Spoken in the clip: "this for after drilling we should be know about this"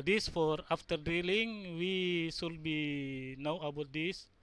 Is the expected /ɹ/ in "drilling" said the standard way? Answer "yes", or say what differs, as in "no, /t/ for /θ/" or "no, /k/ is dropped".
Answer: no, /ɹ/ is dropped